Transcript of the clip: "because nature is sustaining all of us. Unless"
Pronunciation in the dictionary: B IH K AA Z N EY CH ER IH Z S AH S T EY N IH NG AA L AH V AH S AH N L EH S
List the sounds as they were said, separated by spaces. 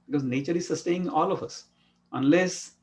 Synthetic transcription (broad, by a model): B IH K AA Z N EY CH ER IH Z S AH S T EY IH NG AA L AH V AH S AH N L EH S